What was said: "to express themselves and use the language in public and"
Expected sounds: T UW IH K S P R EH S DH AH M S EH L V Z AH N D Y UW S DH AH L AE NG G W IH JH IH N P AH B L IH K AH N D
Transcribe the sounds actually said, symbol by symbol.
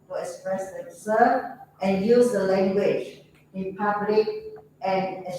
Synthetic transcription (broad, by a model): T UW IH K S P R EH S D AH S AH V AH N Y UW S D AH L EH NG G W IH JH IH N P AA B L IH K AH N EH